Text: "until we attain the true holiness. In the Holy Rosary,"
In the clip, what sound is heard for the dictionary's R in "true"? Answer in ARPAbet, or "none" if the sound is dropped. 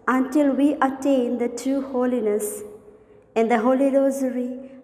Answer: none